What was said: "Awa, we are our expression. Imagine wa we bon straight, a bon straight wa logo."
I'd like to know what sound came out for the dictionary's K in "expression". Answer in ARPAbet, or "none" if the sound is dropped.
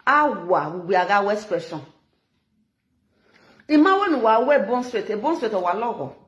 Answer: none